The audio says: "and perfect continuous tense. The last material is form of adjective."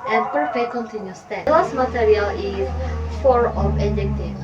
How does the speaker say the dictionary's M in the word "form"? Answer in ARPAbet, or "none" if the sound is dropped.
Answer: none